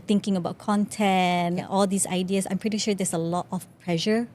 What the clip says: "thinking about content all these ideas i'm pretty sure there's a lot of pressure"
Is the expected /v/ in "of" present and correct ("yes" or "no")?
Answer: no